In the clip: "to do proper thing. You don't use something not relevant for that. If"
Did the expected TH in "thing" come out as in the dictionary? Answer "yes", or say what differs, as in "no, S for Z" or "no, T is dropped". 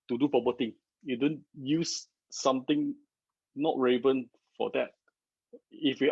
no, T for TH